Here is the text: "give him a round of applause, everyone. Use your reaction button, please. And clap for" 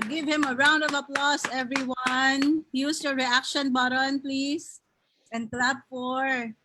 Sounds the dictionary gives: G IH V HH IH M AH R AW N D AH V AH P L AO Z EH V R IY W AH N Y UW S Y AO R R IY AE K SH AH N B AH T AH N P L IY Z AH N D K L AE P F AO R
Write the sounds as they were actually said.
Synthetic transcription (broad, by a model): G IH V HH IH M AH R AW N D AH V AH P L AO S EH V R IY W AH N Y UW S Y AO R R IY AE K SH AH N B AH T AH N P L IY S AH N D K L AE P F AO R